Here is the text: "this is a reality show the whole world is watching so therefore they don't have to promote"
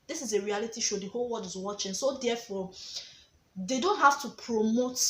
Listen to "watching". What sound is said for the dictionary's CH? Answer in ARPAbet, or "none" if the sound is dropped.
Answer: CH